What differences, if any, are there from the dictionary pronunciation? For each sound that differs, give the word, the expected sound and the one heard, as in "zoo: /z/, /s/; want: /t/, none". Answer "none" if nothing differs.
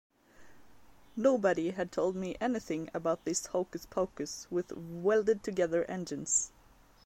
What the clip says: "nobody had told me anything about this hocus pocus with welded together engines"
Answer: none